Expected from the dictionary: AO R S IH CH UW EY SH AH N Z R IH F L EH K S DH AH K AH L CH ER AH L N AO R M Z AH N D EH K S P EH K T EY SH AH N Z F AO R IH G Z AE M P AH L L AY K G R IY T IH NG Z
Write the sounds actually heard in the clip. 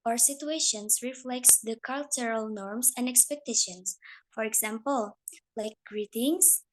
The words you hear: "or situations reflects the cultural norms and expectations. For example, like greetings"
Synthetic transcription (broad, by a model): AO R S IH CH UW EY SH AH N S R IH F L EH K S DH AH K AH L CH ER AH L N AO R M S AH N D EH K S P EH K T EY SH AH N S F AO R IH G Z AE M P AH L L AY K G R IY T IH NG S